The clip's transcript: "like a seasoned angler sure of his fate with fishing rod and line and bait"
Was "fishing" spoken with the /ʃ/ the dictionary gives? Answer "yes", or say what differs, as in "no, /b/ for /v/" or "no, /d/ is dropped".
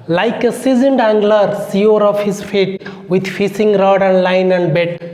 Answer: no, /s/ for /ʃ/